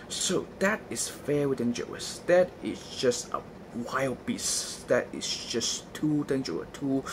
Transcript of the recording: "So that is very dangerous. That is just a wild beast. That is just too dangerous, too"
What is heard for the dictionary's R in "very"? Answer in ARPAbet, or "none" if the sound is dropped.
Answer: W